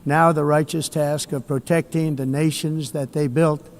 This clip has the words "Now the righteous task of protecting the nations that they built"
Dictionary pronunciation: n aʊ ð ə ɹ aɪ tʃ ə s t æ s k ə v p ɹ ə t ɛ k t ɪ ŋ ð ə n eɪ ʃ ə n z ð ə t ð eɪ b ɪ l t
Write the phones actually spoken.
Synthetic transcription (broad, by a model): n aʊ ð ə ɹ aɪ tʃ ə s t æ s k ə v p ɹ ə t ɛ k t ɪ ŋ ð ə n eɪ ʃ ə n z ð ə t ð eɪ b ɪ l t